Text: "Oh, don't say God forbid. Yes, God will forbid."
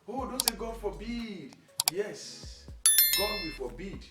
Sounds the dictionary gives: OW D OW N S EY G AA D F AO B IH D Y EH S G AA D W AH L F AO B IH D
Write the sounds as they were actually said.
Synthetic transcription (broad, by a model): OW D OW N S EY G AA D F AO B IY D Y EH S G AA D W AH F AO B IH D